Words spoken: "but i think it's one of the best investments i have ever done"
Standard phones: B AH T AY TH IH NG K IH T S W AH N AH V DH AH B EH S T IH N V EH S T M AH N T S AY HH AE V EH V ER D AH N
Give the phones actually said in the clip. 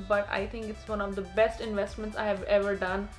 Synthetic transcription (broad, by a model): B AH T AY T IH NG K IH T S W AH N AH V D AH B EH S T IH N V EH S T M AH N T S AY HH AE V EH V ER D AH N